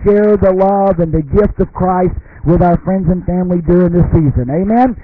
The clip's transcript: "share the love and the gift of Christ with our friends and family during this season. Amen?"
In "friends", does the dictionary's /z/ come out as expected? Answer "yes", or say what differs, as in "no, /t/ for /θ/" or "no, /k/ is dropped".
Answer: yes